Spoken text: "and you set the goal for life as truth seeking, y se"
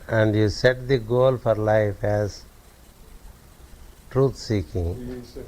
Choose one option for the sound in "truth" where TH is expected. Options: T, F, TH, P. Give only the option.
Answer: T